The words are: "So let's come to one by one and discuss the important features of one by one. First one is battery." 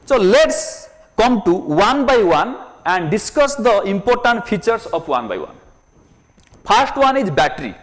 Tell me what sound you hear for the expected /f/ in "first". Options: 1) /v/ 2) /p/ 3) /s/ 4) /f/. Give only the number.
2